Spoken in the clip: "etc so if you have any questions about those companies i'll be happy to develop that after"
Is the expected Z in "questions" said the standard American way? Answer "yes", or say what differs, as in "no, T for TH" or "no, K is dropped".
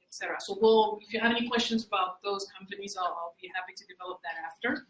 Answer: yes